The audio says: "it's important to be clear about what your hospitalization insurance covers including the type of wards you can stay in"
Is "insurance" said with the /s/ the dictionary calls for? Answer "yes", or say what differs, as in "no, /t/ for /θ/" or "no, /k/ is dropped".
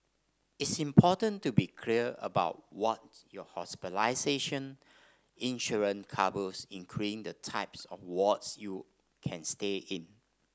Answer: no, /s/ is dropped